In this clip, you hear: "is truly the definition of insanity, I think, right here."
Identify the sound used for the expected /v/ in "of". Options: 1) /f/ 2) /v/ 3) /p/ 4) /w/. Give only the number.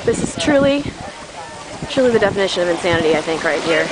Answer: 2